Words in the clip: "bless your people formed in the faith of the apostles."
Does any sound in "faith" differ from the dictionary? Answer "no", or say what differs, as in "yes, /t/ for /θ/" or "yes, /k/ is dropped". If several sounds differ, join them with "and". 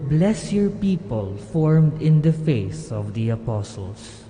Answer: yes, /s/ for /θ/